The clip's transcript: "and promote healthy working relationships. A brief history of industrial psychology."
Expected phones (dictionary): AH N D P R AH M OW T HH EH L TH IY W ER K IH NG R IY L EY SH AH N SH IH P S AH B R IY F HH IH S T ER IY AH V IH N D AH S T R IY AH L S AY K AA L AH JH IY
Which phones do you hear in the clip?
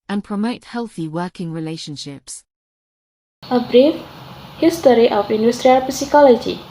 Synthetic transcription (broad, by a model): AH N P R AH M OW T HH EH L TH IY W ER K IH NG R IY L EY SH AH N SH IH P S AH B R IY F HH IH S T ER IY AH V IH N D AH S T R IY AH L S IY K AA L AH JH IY